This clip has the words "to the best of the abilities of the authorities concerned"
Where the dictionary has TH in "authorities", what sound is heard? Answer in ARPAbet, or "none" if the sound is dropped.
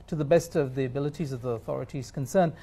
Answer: TH